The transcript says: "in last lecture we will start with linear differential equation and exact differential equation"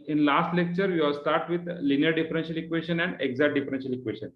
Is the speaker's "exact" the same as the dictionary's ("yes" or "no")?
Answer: no